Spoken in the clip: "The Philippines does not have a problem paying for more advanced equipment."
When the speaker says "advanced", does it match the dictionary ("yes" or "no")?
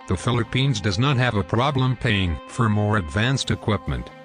yes